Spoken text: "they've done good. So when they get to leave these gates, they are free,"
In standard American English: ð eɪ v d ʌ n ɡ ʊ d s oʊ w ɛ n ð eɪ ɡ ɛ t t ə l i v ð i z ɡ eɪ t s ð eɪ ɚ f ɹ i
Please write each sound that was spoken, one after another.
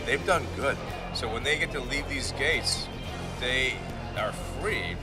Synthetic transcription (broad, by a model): ð eɪ v d ʌ n ɡ ʊ d s oʊ w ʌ n ð eɪ ɡ ɛ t t ə l i v ð i z ɡ eɪ t s ð eɪ ɚ f ɹ i